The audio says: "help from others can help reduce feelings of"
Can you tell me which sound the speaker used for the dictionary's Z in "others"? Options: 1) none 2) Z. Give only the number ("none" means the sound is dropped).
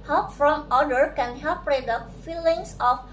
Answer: 1